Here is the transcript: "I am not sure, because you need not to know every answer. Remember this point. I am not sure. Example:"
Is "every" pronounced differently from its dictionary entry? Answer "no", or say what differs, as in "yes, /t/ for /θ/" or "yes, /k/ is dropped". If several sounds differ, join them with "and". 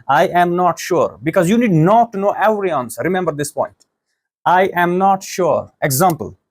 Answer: yes, /v/ is dropped